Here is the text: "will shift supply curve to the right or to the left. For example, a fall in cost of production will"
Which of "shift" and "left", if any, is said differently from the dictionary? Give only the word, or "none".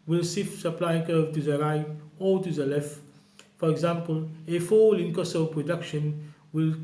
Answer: shift